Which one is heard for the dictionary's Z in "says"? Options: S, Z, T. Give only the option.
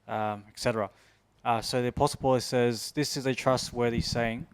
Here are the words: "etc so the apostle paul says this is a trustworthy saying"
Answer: Z